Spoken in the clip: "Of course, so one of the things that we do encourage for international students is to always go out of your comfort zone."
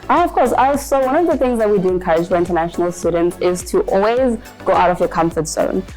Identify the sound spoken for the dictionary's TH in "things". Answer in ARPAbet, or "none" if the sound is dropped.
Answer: TH